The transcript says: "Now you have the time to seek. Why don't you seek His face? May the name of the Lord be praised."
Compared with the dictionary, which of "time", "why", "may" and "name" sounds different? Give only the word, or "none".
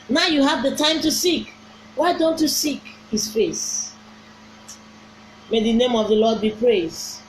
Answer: none